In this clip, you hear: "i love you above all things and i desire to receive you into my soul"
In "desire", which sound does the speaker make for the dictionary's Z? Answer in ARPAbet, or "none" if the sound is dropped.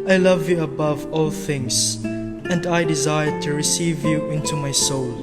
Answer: Z